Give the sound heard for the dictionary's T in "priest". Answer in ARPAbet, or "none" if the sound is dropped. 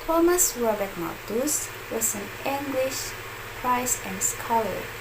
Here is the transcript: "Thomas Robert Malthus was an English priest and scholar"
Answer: none